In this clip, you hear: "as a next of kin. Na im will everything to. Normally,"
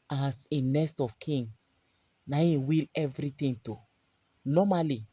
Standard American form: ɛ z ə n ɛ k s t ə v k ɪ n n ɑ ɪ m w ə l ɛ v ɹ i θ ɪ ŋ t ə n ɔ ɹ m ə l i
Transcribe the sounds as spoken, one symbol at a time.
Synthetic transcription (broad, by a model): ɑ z ə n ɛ s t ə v k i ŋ n ɑ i w ə l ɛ v ɹ i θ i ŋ t ə n ɔ m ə l i